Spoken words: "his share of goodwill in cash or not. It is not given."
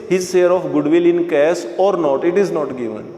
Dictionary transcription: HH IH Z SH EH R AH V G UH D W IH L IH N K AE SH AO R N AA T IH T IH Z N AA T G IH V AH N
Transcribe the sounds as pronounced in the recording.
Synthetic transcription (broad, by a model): HH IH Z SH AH R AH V G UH D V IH L IH N K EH S AO R N AA T IH T IH Z N AA T G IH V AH N